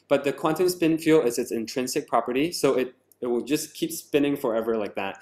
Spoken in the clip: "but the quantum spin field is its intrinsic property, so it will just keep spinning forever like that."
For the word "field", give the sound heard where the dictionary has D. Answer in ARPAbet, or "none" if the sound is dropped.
none